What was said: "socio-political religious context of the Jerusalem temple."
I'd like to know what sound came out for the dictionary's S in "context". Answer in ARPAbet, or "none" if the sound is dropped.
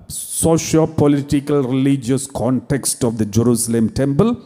S